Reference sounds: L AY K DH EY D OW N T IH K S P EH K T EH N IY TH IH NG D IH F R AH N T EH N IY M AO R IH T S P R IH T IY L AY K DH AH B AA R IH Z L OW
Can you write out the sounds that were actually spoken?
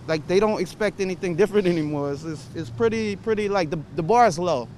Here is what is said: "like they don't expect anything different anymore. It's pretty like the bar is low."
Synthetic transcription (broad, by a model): L AY K DH EY D OW N T IH K S P EH K T EH N IY TH IH NG D IH F R AH N T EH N IY M AO R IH T S P R IH T IY L AY K DH AH B AA R IH Z L OW